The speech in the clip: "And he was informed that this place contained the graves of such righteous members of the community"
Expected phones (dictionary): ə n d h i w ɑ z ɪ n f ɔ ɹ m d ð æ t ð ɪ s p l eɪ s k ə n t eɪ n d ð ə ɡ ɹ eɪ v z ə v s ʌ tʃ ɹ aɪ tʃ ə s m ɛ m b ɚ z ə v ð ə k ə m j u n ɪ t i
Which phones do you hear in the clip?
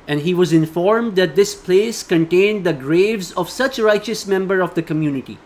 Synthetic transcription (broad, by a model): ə n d h i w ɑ z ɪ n f ɔ ɹ m d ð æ t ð ɪ s p l eɪ s k ə n t eɪ n d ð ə ɡ ɹ eɪ v z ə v s ʌ tʃ ɹ aɪ tʃ ə s m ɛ m b ɚ ə v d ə k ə m j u n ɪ t i